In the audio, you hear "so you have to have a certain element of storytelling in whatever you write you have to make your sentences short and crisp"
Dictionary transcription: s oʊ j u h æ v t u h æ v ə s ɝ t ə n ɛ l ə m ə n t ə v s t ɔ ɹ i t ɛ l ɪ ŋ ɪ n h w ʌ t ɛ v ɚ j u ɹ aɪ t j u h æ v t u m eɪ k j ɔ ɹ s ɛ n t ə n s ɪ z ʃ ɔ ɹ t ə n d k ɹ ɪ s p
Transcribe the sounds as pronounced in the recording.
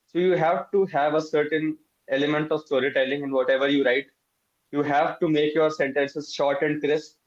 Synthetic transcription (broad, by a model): s oʊ j u h æ v t u h æ v ə s ɝ t ə n ɛ l ə m ə n t ə v s t ɔ ɹ i t ɛ l ɪ ŋ ɪ n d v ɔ t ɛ v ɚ j u ɹ aɪ t j u h æ v t u m eɪ k j ɔ ɹ s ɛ n t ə n s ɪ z ʃ ɔ ɹ t ə n d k ɹ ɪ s